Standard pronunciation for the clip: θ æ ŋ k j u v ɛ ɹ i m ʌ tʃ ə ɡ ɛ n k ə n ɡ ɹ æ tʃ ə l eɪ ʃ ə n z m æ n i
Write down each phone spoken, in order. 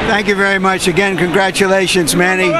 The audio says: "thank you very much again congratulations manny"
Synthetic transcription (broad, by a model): θ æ ŋ k j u v ɛ ɹ i m ʌ tʃ ə ɡ ɛ n k ə n ɡ ɹ æ tʃ ə l eɪ ʃ ə n z m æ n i